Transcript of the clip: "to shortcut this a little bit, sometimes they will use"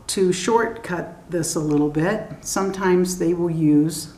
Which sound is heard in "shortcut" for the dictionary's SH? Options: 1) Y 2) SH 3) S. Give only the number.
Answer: 2